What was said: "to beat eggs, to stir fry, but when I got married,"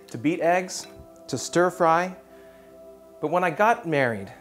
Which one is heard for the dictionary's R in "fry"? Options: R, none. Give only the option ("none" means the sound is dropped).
R